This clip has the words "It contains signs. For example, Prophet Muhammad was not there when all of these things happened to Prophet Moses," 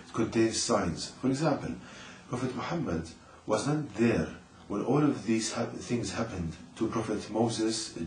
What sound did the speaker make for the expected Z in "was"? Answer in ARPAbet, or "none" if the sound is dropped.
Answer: Z